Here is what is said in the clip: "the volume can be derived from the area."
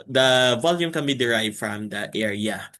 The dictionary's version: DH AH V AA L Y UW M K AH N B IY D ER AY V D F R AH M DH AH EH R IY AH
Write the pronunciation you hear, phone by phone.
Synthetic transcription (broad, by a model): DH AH V AA L Y UW M K AH N B IY D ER AY V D F R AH M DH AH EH R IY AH